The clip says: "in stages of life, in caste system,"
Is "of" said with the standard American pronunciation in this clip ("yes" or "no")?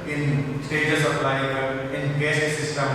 no